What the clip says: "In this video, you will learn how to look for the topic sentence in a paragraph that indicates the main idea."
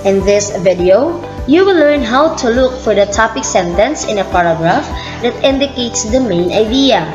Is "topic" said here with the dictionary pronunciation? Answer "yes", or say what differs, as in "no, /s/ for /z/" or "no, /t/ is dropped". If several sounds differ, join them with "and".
yes